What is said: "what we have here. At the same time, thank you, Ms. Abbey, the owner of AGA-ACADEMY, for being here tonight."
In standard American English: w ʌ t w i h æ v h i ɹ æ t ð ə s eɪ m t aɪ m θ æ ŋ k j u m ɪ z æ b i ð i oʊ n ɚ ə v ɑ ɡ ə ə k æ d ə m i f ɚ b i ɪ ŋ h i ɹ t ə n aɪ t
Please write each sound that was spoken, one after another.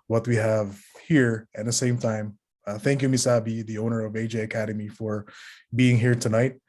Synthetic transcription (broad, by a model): w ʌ t w i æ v h i ɹ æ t ð ə s eɪ m t aɪ m θ æ ŋ k j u m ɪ s æ b i ð i oʊ n ɚ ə v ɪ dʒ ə ə k æ d ə m i f ɚ b i ɪ ŋ h i ɹ t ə n aɪ t